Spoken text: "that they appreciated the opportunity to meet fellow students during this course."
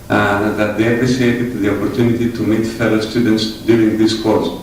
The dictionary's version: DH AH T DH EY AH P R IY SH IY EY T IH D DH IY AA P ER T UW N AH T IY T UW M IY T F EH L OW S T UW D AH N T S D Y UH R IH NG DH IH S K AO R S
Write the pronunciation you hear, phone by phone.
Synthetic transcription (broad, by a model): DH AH T DH EY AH P R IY S IY EY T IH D DH IY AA P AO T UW N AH T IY T UW M IY T F EH L OW S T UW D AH N T S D Y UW R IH NG DH IH S K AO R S